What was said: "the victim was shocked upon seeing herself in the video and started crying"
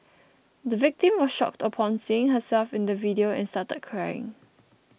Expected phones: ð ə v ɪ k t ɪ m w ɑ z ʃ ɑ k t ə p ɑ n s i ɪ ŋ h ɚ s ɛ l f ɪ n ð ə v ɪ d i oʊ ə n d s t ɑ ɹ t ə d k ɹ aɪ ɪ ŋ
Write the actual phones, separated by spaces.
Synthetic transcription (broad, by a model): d ə v ɪ k t ɪ m w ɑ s ʃ ɑ k t ə p ɑ n s i ɪ ŋ h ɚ s ɛ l f ɪ n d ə v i d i oʊ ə n s t ɑ t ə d k ɹ aɪ ɪ ŋ